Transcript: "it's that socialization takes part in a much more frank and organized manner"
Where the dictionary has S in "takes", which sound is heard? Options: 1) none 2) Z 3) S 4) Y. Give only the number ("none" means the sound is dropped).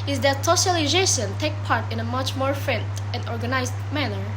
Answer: 1